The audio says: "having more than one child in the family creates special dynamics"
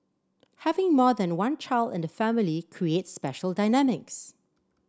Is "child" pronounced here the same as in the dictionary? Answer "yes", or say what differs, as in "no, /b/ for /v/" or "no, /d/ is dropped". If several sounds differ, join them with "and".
yes